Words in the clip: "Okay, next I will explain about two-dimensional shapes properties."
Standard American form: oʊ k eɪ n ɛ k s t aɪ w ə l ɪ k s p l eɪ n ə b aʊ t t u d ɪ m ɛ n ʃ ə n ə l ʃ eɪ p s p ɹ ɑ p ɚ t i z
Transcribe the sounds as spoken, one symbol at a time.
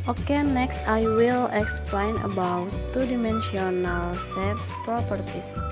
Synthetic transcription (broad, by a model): oʊ k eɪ n ɛ k s t aɪ w ə l ɪ k s p l eɪ n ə b aʊ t t u d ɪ m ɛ n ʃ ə n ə l s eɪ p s p ɹ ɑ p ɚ t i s